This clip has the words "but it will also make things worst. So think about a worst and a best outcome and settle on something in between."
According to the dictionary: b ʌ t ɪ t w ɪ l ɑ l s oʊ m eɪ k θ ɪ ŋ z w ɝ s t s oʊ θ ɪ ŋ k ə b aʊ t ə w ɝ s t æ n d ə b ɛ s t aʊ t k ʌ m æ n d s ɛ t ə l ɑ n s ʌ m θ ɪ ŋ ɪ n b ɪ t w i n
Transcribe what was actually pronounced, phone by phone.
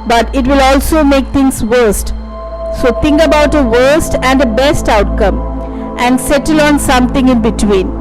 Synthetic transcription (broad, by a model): b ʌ t ɪ t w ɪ l ɑ l s oʊ m eɪ k t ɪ ŋ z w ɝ s t s oʊ t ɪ ŋ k ə b aʊ t ə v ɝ s t æ n d ə b ɛ s t aʊ t k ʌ m æ n d s ɛ t ə l ɑ n s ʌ m t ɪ ŋ ɪ n b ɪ t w i n